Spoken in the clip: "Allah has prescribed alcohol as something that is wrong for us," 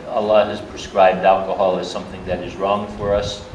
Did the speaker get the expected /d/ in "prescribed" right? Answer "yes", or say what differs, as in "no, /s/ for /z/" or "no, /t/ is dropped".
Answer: yes